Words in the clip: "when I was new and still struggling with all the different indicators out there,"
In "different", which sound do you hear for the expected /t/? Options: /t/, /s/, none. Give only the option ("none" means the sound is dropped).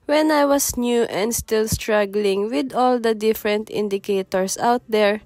/t/